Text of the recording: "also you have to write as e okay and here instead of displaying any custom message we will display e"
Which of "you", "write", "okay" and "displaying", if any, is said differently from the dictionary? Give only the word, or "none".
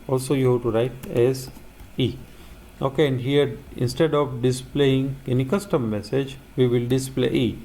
none